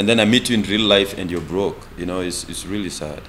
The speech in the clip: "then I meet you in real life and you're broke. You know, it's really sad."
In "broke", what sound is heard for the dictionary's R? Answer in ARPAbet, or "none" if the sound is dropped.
R